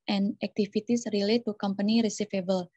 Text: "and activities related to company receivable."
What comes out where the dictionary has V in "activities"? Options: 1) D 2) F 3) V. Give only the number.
2